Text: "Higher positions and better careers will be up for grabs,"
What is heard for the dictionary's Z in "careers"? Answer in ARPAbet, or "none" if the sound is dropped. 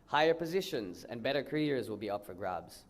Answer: Z